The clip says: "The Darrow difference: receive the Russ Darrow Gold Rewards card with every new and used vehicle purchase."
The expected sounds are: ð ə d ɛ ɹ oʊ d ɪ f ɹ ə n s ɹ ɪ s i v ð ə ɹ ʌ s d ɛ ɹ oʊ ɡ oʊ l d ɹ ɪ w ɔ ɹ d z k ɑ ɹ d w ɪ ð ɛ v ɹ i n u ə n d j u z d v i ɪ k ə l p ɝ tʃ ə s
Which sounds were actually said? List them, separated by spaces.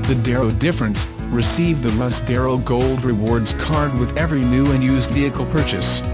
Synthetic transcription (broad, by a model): ð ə d ɛ ɹ oʊ d ɪ f ɹ ə n s ɹ ɪ s i v ð ə l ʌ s d ɛ ɹ oʊ ɡ oʊ l d ɹ ɪ w ɔ ɹ d z k ɑ ɹ d w ɪ ð ɛ v ɹ i n u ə n j u z d v i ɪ k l p ɝ tʃ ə s